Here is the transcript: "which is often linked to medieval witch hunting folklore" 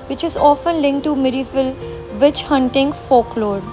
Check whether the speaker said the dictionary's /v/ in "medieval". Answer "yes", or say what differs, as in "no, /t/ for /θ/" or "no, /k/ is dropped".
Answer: no, /f/ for /v/